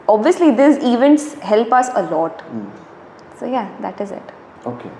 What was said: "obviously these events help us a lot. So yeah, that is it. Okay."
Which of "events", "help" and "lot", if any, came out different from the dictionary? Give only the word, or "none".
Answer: none